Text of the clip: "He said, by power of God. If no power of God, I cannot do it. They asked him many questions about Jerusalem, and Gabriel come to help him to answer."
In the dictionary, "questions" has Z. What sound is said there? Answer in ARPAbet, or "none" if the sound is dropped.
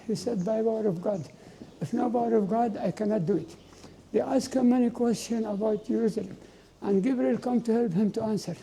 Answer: none